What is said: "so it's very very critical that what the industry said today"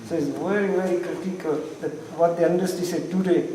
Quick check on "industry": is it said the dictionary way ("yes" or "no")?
no